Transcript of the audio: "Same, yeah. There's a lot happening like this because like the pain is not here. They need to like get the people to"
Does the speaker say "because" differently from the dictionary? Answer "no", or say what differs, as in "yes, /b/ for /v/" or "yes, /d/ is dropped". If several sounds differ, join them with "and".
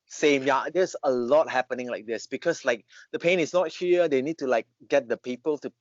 yes, /s/ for /z/